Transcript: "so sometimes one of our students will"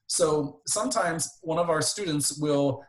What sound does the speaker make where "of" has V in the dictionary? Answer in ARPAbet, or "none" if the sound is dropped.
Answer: V